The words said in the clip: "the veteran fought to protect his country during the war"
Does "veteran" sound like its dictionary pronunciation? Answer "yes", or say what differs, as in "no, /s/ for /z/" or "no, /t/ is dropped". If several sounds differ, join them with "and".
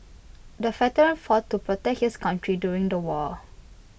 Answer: no, /f/ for /v/